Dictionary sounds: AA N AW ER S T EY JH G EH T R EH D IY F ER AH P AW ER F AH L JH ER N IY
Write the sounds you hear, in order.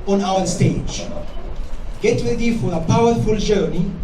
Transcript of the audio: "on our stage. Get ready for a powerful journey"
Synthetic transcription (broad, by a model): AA N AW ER S T EY JH G EH T W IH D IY F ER AH P AW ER F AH L JH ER N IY